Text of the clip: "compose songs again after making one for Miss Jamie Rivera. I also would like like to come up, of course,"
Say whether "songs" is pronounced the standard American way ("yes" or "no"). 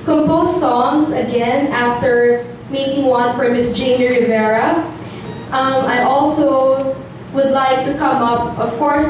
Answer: yes